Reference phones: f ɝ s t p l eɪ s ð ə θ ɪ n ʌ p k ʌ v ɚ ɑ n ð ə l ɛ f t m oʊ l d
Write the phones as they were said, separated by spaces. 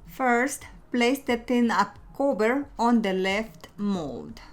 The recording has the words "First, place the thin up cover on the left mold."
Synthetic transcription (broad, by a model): f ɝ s t p l eɪ s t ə t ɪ n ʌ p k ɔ b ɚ ɑ n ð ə l ɛ f t m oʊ l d